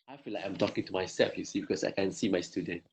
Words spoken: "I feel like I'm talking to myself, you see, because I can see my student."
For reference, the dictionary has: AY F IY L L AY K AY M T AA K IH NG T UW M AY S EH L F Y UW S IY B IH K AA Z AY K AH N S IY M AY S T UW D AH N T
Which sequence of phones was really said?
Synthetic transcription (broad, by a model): AY F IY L L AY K AY M T AA K IH NG T UW M AY S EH F Y UW S IY B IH K AA S AY K AH N S IY M AY S T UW D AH N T